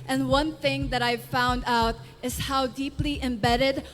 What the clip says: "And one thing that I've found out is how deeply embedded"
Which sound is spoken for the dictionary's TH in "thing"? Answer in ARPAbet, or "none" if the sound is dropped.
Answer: TH